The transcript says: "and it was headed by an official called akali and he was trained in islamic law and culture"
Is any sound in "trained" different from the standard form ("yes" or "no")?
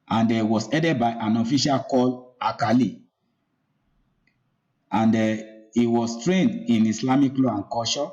no